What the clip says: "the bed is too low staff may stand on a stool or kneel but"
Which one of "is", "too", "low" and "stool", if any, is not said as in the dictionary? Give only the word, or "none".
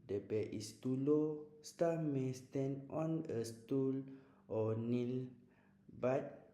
is